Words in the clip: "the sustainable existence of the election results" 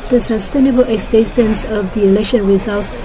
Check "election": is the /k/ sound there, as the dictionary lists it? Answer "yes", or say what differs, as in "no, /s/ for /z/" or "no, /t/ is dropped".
yes